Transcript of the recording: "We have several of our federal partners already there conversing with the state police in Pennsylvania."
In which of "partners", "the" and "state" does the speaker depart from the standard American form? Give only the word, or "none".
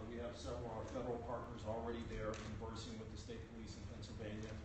none